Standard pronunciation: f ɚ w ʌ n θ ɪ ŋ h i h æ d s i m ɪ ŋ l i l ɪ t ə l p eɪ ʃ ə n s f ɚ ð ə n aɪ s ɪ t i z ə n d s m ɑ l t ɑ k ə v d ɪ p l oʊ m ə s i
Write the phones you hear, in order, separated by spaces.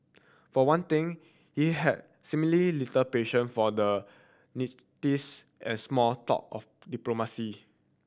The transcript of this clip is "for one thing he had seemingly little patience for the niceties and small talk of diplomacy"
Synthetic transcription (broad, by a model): f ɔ w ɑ n t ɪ ŋ h i h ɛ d s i m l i l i t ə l p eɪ ʃ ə n f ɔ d ə n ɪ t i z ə n s m ɑ l t ɑ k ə f d ɪ p l oʊ m ə s i